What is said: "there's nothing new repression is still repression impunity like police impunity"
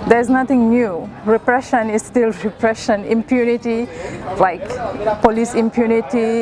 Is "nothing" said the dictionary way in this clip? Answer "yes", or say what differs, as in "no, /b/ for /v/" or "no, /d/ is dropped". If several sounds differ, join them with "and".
no, /t/ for /θ/